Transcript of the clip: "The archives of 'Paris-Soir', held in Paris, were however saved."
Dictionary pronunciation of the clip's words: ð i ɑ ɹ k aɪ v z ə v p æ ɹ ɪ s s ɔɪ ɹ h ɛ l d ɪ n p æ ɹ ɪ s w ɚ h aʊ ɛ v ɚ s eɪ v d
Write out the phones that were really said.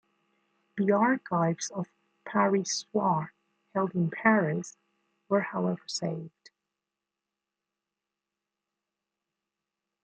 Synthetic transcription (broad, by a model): ð i ɑ ɹ k aɪ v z ə v p æ ɹ ɪ s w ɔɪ ɹ h ɛ l d ɪ n p æ ɹ ɪ s w ɚ h aʊ ɛ v ɚ s eɪ v d